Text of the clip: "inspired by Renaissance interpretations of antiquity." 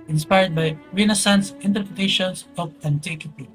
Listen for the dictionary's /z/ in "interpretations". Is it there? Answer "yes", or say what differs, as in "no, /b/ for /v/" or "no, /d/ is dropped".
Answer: no, /s/ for /z/